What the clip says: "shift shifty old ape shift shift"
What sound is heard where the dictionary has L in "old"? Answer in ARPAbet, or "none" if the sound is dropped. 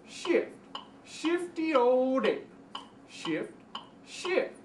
none